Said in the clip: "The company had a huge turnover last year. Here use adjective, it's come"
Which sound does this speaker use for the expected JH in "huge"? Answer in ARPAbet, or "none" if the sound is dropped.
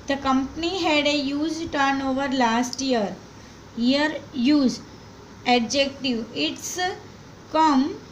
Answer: Z